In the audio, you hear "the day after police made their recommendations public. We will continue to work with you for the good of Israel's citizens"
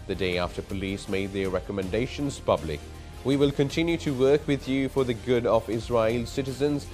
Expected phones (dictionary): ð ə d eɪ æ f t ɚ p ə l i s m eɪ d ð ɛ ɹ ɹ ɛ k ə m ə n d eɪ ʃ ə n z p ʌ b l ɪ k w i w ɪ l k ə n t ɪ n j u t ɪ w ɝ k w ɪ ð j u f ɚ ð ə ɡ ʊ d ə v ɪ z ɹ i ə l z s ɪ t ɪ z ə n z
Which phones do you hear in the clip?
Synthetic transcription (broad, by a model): ð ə d eɪ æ f t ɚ p ə l i s m eɪ d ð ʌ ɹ ɹ ɛ k ə m ə n d eɪ ʃ ə n z p ʌ b l ɪ k w i w ɪ l k ə n t ɪ n j u t ɪ w ɝ k w ɪ ð j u f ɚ ð ə ɡ ʊ d ə v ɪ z ɹ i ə l s ɪ t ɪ z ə n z